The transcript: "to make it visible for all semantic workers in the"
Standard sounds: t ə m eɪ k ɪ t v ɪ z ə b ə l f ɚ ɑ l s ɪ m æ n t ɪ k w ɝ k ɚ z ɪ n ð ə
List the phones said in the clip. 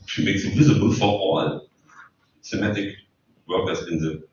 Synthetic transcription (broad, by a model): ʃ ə m eɪ k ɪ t v ɪ z ə b ə l f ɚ ɑ l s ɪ m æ t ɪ k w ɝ k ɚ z ɪ n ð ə